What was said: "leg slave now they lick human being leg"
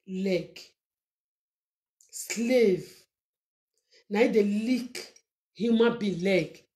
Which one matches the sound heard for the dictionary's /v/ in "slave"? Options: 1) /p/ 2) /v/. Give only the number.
2